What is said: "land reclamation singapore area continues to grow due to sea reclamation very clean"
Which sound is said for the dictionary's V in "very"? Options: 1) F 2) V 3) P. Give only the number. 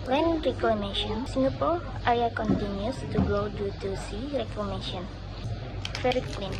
1